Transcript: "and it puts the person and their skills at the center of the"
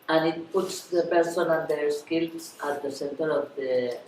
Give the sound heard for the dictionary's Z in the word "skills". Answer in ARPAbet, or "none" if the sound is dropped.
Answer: S